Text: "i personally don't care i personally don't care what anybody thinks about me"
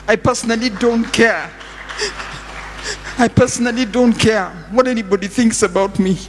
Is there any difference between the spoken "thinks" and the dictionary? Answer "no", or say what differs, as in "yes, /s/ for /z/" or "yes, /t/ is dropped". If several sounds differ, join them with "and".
no